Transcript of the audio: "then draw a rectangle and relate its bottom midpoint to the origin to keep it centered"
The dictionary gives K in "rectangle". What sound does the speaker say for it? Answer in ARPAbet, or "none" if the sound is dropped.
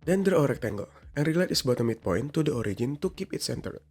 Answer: K